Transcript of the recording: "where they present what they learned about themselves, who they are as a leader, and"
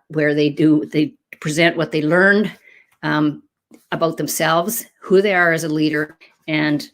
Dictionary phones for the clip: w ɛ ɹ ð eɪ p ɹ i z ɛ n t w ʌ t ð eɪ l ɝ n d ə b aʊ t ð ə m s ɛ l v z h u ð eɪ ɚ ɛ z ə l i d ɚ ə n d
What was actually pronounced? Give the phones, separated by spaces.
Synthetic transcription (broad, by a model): w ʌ ɹ ð eɪ p ɹ i z ɛ n t w ʌ t ð eɪ l ɝ n d ə b aʊ t ð ə m s ɛ l v z h u ð eɪ ɚ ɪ z ə l i d ɚ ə n